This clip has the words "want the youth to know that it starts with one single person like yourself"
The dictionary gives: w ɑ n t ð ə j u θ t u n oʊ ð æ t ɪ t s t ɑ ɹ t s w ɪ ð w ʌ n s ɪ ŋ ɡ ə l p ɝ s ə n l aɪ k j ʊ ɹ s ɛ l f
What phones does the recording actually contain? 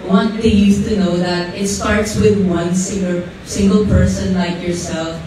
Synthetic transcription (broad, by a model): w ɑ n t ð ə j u s t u n oʊ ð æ t ɪ t s t ɑ ɹ t s w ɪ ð w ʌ n s ɪ ŋ ɡ ə l p ɝ s ə n l aɪ k j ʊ ɹ s ɛ l f